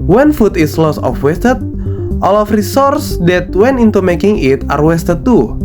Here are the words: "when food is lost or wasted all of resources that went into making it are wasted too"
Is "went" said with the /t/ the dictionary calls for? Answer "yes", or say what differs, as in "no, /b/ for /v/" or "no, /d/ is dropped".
no, /t/ is dropped